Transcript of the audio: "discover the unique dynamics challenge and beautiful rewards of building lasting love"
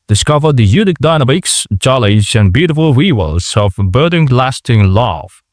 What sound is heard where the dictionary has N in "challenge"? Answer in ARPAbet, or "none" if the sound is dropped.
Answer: none